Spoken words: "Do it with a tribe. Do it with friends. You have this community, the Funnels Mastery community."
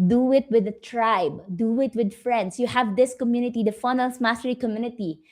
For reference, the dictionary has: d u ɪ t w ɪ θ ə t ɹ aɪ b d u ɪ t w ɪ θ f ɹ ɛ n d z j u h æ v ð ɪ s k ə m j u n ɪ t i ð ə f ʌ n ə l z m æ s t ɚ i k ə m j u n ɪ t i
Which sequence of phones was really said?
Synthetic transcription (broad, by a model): d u ɪ t w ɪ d ə t ɹ aɪ b d u ɪ t w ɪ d f ɹ ɛ n d s j u h æ v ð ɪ s k ə m j u n ɪ t i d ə f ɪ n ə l s m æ s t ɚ i k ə m j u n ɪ t i